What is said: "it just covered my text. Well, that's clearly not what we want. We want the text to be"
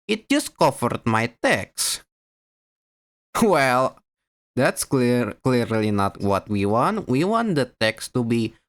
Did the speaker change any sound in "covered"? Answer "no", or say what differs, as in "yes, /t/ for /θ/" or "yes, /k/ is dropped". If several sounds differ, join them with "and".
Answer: yes, /f/ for /v/